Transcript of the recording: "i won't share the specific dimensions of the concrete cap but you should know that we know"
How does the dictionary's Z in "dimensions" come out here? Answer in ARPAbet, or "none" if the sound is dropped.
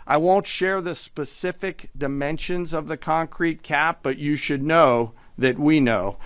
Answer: Z